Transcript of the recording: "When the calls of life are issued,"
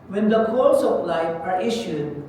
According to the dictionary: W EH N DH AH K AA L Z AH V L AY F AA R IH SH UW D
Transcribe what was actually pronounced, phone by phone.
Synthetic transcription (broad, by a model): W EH N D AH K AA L S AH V L AY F AA R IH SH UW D